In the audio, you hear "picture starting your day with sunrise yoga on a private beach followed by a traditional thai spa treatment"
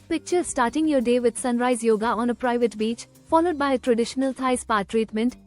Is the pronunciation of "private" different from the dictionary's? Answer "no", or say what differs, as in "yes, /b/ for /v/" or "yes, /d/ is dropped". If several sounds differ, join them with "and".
no